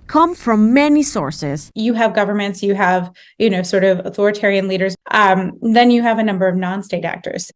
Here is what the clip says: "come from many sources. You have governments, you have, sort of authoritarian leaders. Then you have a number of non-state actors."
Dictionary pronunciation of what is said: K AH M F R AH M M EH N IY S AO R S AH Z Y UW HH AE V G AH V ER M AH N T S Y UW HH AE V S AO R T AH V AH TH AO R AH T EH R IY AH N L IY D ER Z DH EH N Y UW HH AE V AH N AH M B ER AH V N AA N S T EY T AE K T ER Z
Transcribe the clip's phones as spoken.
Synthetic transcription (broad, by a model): K AH M F R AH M M EH N IY S AO R S AH Z Y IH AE V G AH V ER M AH N T S Y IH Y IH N S AO R T AH V AH TH AO R AH T EH R IY AH N L IY D ER Z DH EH N Y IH V AH N AH M B ER AH V N AA N S T EY T AE K T ER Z